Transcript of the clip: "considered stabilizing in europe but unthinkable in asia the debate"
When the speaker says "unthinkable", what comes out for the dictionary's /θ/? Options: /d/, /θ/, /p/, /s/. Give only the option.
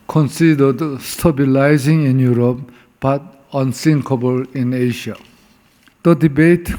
/s/